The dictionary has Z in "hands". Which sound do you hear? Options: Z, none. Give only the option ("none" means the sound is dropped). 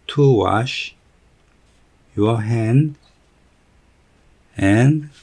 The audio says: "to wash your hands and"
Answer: none